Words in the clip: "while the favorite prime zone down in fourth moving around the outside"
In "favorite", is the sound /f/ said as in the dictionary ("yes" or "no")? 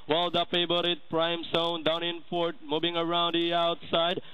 no